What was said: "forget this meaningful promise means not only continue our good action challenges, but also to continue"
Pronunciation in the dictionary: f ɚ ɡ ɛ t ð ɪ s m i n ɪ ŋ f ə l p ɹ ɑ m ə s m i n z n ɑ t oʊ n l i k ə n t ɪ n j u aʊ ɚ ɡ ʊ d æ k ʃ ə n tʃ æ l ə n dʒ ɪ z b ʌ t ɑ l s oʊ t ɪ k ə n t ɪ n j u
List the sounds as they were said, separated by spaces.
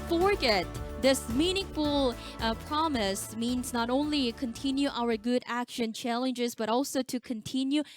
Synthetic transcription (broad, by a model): f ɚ ɡ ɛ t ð ɪ s m i n ɪ ŋ f ə l p ɹ ɑ m ə s m i n z n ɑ t oʊ n l i k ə n t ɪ n j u aʊ ɚ ɡ ʊ d æ k ʃ ə n tʃ æ l ə n dʒ ɪ z b ʌ t ɑ l s oʊ t ɪ k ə n t ɪ n j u